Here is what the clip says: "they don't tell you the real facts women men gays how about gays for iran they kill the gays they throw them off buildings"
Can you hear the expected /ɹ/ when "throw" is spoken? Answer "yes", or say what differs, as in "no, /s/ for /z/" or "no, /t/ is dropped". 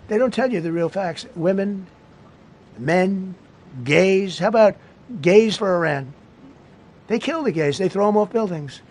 yes